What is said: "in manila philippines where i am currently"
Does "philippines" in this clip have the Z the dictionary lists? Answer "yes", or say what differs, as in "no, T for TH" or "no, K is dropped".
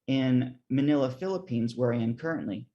yes